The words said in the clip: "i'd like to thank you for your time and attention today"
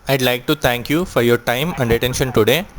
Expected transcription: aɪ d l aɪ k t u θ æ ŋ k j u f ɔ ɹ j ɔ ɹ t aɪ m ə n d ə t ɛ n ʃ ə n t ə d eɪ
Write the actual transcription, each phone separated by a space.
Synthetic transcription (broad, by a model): aɪ d l aɪ k t u t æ ŋ k j u f ɔ ɹ j ɔ ɹ t aɪ m ə n d ə t ɛ n ʃ ə n t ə d eɪ